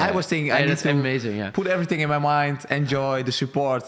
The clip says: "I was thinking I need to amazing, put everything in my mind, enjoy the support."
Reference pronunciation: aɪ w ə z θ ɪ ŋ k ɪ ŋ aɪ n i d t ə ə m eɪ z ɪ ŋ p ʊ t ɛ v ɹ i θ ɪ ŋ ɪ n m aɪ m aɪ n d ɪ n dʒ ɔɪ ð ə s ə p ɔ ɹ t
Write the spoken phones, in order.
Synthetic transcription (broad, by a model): aɪ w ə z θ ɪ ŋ ɪ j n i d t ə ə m eɪ z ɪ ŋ p ʊ t ɛ v ɹ i θ ɪ ŋ ɪ n m aɪ m aɪ n d ɪ n dʒ ɔɪ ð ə s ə p ɔ ɹ t